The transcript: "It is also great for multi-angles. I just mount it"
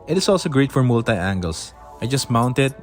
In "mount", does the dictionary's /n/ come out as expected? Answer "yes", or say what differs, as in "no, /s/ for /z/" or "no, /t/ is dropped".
yes